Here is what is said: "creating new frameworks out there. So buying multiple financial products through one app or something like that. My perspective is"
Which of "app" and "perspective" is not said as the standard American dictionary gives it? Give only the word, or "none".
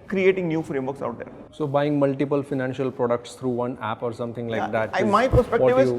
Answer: perspective